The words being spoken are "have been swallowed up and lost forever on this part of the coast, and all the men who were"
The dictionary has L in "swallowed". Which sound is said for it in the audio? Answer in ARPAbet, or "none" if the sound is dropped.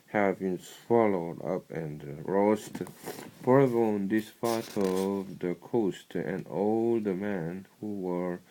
L